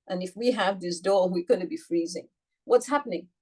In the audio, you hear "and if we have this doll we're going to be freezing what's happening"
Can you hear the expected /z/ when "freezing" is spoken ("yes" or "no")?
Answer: yes